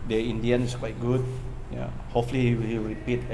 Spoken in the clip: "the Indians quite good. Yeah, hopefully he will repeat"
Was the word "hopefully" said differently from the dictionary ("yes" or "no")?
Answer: yes